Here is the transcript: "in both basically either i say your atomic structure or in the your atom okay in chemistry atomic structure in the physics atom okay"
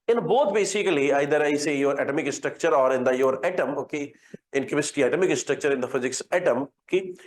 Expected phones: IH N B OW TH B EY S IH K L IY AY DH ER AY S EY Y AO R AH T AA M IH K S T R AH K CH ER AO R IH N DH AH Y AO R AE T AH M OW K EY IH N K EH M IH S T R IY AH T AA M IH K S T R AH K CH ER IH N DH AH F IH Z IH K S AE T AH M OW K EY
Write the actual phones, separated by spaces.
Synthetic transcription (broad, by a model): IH N B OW T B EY S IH K L IY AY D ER AY S EY Y AO R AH T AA M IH K S T R AH K CH ER AO R IH N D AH Y AO R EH T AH M OW K EY IH N K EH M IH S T IY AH T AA M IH K S T R AH K CH ER IH N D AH F IH Z IH K S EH T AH M K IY